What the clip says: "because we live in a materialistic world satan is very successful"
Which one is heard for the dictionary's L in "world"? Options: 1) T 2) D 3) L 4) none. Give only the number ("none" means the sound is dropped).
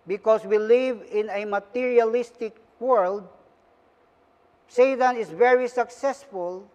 3